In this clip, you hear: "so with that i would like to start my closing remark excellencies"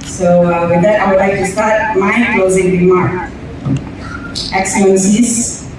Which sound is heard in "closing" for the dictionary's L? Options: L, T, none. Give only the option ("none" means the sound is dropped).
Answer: L